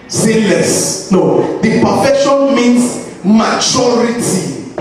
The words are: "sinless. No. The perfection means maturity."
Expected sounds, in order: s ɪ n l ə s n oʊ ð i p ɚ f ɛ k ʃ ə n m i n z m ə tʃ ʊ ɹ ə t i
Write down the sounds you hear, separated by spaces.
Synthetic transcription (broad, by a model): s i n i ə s n oʊ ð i p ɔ f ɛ ʃ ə n m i n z m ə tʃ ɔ ɹ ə t i